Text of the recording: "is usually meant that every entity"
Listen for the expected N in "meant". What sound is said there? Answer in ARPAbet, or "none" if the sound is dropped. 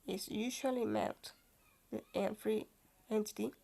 L